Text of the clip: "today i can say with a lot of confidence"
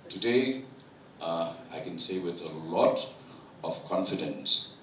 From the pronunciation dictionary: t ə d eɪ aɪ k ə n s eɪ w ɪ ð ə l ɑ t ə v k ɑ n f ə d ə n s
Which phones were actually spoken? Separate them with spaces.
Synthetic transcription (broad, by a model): t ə d eɪ aɪ k ə n s eɪ w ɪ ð ə l ɑ t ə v k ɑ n f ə d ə n s